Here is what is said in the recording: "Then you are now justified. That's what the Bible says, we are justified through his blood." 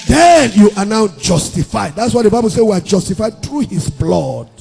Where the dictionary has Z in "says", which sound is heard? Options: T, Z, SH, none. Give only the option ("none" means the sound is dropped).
none